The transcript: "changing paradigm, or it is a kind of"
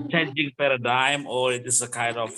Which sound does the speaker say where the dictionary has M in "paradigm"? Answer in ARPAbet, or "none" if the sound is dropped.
M